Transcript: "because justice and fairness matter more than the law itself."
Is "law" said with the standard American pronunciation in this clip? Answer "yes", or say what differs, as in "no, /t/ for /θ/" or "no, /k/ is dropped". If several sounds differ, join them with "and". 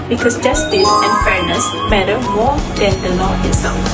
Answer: no, /n/ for /l/